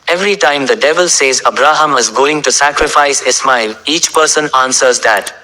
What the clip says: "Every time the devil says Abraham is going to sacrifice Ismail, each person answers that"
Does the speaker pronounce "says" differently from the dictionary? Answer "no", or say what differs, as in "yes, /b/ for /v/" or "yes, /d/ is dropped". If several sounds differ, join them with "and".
no